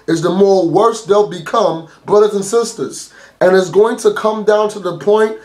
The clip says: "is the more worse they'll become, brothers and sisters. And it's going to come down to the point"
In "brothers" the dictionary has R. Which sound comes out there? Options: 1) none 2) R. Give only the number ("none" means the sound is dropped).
2